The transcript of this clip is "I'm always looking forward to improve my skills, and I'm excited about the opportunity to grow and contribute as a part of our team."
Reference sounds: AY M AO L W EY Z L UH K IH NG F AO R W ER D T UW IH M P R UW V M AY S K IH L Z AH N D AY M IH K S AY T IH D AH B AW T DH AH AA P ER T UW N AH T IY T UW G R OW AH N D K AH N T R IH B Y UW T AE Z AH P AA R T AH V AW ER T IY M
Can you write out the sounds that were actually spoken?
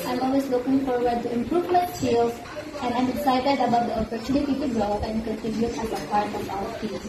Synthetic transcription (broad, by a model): AY M AO L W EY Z L UH K IH NG F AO R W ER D T UW IH M P R UW V M AY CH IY L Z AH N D AY M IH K S AY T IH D AH B AW T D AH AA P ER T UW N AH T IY T UW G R OW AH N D K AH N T IH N Y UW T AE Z AH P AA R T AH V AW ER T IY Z